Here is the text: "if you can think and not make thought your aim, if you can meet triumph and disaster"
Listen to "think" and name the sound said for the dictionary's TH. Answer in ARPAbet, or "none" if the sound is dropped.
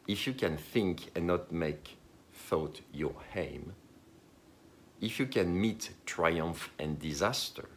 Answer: TH